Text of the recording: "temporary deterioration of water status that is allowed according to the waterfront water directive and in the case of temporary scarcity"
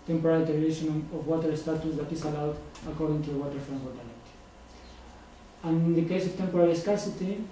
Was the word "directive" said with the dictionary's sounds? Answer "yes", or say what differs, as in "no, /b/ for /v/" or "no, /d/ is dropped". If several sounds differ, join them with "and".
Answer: no, /l/ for /ɹ/ and /v/ is dropped